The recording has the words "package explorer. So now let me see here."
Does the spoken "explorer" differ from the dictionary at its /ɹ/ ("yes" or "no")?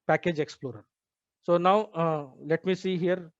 no